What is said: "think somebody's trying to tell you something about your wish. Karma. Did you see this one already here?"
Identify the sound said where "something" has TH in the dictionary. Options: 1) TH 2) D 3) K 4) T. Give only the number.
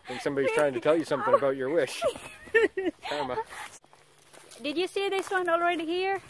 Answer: 1